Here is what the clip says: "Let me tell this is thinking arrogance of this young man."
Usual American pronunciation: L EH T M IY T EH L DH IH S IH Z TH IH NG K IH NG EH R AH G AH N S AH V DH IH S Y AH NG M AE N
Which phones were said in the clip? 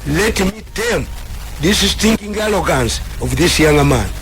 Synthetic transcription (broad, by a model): L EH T M IY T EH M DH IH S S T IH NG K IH NG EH L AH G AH N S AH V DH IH S Y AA NG M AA N